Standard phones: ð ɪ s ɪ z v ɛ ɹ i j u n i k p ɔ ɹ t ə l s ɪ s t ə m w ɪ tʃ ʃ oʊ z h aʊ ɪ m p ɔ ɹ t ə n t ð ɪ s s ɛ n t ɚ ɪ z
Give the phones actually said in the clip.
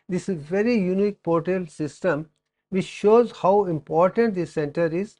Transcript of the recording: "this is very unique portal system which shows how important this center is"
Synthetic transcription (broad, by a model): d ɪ s v ɛ ɹ i j u n i k p ɔ ɹ t ə l s ɪ s t ə m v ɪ tʃ ʃ oʊ z h aʊ ɪ m p ɔ ɹ t ə n t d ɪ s s ɛ n t ɚ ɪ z